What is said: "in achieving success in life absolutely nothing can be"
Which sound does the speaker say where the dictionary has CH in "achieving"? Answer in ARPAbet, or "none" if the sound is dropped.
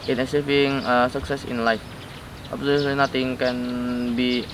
S